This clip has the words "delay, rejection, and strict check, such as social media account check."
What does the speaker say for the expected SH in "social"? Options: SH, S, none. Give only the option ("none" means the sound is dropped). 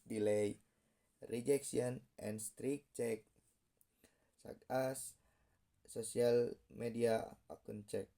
S